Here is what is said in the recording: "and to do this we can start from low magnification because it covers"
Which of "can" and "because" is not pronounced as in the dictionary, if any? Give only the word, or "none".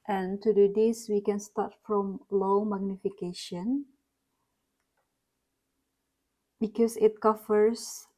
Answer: because